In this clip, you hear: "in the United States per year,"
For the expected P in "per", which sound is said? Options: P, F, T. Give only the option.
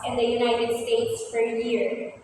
F